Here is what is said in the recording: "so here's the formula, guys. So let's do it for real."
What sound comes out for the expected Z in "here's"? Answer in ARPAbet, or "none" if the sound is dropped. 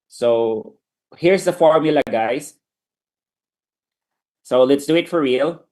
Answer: S